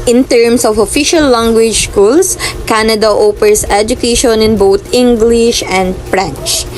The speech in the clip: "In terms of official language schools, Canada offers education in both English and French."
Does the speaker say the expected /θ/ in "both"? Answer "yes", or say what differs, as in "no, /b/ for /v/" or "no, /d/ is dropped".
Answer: no, /t/ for /θ/